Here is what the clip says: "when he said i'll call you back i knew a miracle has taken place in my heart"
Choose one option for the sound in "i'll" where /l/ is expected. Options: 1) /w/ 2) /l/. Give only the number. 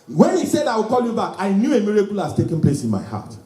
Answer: 1